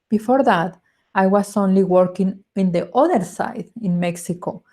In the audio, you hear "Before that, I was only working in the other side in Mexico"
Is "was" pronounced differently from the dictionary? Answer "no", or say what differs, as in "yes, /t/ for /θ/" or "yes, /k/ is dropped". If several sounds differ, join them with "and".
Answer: yes, /s/ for /z/